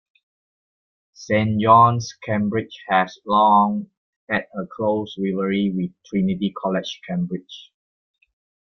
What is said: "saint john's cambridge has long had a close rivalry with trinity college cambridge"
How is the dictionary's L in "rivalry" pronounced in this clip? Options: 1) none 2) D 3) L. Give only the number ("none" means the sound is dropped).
1